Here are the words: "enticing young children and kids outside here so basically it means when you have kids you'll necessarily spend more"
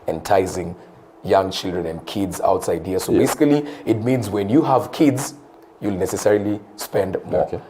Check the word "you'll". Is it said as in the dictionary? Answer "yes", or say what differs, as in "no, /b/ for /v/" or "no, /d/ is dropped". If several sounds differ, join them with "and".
yes